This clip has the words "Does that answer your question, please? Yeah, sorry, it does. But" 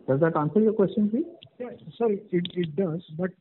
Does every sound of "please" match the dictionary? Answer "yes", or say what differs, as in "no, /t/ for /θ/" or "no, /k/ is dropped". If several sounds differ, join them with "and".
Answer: no, /z/ is dropped